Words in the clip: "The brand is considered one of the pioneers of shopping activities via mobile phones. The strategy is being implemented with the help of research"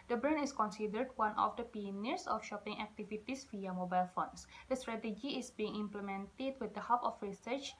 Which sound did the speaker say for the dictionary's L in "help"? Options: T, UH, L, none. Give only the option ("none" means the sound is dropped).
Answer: none